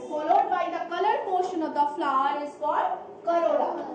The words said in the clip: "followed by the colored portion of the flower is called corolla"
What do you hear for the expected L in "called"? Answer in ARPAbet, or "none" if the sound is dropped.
none